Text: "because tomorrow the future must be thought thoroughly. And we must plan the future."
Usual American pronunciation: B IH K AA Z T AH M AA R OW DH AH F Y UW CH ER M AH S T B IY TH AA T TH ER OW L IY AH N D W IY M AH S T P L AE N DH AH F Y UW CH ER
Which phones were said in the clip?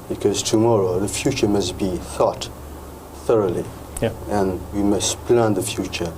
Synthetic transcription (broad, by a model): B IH K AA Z T AH M AA R OW DH AH F Y UW CH ER M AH S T B IY TH AA T TH ER OW L IY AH N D W IY M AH S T P L AE N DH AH F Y UW CH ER